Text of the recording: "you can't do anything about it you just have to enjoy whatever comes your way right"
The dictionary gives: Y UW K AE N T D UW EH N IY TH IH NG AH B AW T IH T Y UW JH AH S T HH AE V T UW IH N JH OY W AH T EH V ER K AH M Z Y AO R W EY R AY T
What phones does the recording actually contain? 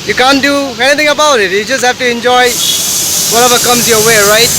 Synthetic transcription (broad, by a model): Y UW K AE N D UW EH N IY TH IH NG AH B AW T IH T Y UW JH AH S T HH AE F T UW IH N JH OY W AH T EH V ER K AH M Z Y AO W EY R AY T